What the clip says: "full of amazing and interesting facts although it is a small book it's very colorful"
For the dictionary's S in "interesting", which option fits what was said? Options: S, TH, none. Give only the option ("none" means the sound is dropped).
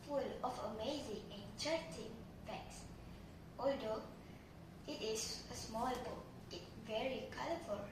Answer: none